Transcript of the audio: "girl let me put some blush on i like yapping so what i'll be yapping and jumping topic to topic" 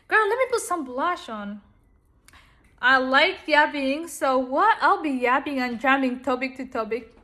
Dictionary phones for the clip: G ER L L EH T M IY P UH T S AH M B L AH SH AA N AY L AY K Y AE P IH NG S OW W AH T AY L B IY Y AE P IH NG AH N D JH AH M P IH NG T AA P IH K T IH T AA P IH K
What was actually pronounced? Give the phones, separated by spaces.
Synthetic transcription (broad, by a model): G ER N L EH T M IY P UH T S AH M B L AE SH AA N AY L AY K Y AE B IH NG S OW W AH T AY L B IY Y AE B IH NG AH N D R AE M IH NG T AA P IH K T IH T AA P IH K